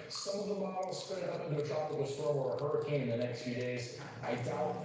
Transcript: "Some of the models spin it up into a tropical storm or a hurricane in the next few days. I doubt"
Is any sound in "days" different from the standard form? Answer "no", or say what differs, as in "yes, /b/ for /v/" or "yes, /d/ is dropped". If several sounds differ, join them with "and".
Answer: no